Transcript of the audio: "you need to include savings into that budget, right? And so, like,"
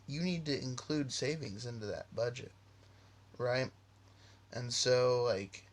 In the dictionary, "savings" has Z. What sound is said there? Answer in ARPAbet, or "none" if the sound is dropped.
Z